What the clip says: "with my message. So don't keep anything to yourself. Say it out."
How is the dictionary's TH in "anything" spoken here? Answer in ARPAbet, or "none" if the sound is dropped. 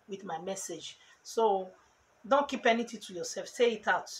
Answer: T